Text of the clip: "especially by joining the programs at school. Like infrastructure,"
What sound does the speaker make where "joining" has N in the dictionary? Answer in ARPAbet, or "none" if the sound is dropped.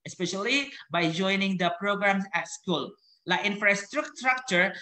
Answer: N